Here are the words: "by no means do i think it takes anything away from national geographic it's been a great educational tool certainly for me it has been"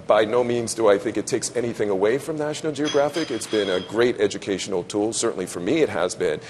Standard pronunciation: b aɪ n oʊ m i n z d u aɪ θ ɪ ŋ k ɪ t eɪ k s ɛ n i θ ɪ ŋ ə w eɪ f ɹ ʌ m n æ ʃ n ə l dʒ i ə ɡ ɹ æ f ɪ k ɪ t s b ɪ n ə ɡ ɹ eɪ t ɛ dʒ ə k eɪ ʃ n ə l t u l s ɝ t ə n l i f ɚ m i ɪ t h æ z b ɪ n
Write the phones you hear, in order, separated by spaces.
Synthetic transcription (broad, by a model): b aɪ n oʊ m i n z d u aɪ θ ɪ ŋ k ɪ t eɪ k s ɛ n i θ ɪ ŋ ə w eɪ f ɹ ʌ m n æ ʃ n l dʒ i ə ɡ ɹ æ f ɪ k ɪ t s b ɪ n ə ɡ ɹ eɪ t ɛ dʒ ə k eɪ ʃ n l t u l s ɝ t n l i f ɚ m i ɪ t h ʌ z b ɪ n